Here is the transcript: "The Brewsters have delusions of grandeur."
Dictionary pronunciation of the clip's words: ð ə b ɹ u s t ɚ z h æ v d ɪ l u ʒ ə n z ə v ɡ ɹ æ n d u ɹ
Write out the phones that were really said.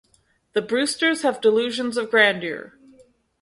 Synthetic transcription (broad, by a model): ð ə b ɹ u s t ɚ z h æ v d ɪ l u ʒ ə n z ə v ɡ ɹ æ n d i ɹ